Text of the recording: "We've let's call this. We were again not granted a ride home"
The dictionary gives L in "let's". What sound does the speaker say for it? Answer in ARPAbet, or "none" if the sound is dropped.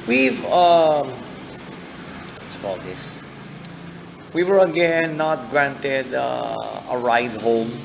W